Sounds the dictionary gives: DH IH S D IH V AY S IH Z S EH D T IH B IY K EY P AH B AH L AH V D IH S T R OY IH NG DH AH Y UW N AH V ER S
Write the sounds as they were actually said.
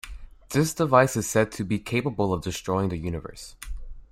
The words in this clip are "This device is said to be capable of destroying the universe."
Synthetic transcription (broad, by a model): DH IH S D IH V AY S IH Z S EH D T IH B IY K EY P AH B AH L AH V D IH S T R OY IH NG DH AH Y UW N AH V ER S